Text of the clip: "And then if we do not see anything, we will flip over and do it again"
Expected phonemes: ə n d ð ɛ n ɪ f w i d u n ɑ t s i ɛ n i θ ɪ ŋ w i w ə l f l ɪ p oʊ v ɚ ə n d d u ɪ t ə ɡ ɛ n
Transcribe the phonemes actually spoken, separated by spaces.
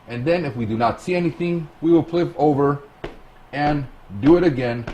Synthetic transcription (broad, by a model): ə n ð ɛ n ɪ f w i d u n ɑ t s i ɛ n i θ ɪ ŋ w i w ə l p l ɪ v oʊ v ɚ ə n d d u ɪ t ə ɡ ɛ n